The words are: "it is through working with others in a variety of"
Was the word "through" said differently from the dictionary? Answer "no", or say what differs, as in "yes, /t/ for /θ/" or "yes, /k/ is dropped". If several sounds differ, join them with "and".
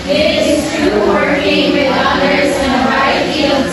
yes, /t/ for /θ/